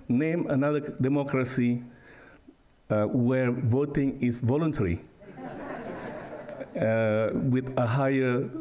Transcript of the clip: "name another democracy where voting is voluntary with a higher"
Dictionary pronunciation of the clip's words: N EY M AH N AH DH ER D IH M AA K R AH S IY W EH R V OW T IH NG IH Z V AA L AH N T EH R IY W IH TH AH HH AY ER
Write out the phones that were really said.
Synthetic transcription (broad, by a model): N EY M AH N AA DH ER D IH M AA K R AH S IY W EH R V OW T IH NG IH S V AA L AH N T EH R IY W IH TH AH HH AY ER